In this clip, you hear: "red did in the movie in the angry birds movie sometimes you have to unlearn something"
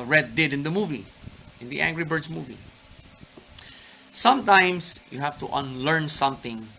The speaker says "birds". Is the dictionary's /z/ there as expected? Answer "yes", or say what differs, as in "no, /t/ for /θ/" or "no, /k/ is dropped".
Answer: no, /s/ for /z/